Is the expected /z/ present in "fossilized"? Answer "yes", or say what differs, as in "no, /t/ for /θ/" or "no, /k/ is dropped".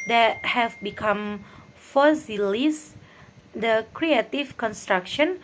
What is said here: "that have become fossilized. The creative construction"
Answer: no, /s/ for /z/